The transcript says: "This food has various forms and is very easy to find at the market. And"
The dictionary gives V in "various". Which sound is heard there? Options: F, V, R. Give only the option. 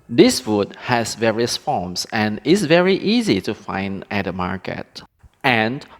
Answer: V